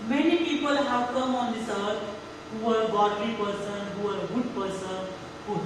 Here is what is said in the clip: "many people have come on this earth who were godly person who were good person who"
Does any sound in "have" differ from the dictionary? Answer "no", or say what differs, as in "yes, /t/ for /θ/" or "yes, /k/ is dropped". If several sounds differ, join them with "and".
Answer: yes, /p/ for /v/